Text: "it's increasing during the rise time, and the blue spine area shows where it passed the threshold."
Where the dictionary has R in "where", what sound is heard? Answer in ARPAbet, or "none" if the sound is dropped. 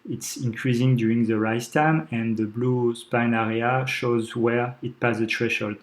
R